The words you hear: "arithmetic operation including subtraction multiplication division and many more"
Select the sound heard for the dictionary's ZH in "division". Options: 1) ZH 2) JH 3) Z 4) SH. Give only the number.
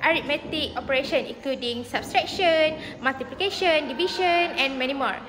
4